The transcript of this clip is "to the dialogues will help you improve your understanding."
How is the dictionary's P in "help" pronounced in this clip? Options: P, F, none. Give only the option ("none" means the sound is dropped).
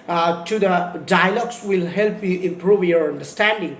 P